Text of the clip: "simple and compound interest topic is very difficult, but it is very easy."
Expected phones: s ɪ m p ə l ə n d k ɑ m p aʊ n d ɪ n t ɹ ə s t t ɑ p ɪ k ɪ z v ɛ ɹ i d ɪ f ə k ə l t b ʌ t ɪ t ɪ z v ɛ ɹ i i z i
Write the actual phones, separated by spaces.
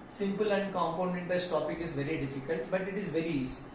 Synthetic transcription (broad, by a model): s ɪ m p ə l ə n d k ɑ m p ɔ n ɛ n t ə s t t ɑ p ɪ k ɪ z v ɛ ɹ i d ɪ f ə k ə l t b ʌ t ɪ t ɪ z v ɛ ɹ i i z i